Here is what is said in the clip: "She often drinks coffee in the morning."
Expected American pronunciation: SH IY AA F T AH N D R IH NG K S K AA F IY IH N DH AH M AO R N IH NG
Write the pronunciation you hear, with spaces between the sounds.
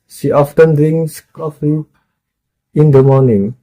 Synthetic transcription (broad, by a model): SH IY AA F T AH N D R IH NG S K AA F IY IH N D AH M AO N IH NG